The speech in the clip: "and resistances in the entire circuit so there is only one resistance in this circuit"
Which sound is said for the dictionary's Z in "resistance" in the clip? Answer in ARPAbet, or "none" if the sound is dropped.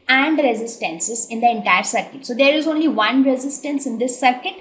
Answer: Z